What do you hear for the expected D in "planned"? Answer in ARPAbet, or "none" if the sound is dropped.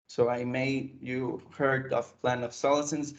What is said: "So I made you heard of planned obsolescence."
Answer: none